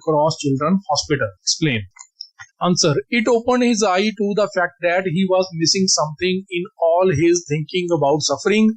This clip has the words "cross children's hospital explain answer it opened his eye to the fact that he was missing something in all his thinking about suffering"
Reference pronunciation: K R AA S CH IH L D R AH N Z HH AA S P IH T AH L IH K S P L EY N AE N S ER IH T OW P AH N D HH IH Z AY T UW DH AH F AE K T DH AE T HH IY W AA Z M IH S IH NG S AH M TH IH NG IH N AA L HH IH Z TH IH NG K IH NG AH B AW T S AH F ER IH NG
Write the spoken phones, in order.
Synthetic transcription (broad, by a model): K R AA S CH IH L D R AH N HH AA S P IH T AH L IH K S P L EY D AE N S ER IH T OW P AH N D HH IH Z AY T UW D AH F AE K T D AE T HH IY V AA Z M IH S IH NG S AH M T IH NG IH N AA L HH IH Z T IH NG K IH NG AH B AW T S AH F ER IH NG